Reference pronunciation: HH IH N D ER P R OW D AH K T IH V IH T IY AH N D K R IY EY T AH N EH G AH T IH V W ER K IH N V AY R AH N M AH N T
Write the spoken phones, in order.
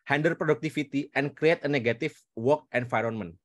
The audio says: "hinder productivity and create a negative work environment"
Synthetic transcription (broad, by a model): HH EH N D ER P R OW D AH K T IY F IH T IY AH N K R IY EY T AH N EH G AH T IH F W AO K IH N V AY R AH N M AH N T